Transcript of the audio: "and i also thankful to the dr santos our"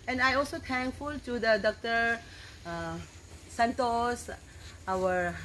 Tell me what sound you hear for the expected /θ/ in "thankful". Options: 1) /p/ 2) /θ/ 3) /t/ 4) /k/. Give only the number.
3